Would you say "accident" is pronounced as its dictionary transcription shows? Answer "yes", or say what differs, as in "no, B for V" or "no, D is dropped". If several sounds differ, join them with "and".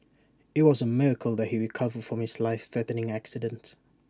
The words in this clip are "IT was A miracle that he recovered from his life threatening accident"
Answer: yes